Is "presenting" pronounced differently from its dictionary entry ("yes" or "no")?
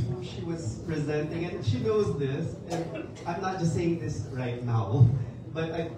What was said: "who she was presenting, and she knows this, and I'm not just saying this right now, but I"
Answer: no